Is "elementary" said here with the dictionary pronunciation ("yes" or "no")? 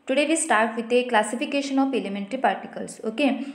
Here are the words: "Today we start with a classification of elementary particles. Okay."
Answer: yes